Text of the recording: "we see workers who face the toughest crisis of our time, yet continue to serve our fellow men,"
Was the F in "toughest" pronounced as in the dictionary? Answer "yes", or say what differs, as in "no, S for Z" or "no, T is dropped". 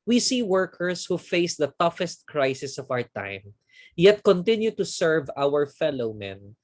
yes